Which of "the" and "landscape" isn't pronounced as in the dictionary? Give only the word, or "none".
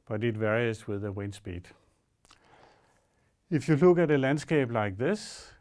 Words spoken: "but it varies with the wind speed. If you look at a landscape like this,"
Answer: landscape